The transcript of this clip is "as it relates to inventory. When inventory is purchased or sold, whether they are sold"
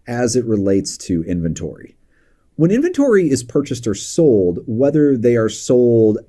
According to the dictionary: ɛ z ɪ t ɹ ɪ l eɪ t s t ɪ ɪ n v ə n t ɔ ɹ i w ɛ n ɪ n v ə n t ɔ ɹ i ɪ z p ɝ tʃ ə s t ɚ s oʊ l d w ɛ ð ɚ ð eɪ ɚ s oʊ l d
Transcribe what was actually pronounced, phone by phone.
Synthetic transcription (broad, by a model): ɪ z ɪ t ɹ ɪ l eɪ t s t ɪ ɪ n v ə n t ɔ ɹ i w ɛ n ɪ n v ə n t ɔ ɹ i ɪ z p ɝ tʃ ə s t ɚ s oʊ l d w ɛ ð ɚ ð eɪ ɚ s oʊ l d